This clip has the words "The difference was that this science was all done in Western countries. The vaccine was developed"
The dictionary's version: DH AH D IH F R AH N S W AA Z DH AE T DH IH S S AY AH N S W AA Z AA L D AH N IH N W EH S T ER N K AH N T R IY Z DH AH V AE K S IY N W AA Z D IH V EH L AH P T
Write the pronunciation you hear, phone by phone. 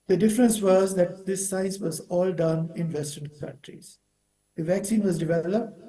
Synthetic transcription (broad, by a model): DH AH D IH F R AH N S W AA Z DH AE T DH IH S S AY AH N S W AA Z AA L D AH N IH N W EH S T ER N K AH N T R IY Z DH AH V AE K S IY N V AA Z D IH V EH L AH P T